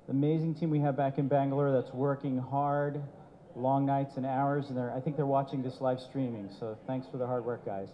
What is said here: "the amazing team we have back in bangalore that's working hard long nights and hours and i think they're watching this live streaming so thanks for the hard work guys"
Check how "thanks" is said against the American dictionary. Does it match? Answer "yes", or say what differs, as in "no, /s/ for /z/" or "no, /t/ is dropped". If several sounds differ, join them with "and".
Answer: yes